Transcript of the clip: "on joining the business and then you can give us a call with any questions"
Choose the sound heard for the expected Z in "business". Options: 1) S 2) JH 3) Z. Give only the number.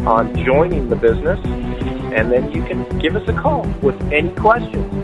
3